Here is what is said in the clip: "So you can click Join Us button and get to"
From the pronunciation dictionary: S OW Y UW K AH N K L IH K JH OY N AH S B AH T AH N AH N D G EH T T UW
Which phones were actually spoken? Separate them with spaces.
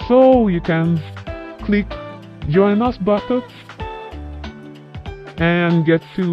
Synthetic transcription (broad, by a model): S OW Y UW K AH N K L IH K JH OY N AH S B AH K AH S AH N G EH T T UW